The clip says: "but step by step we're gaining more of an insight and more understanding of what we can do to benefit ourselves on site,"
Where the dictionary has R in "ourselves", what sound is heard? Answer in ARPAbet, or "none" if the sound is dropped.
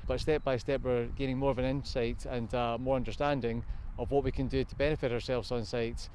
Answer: R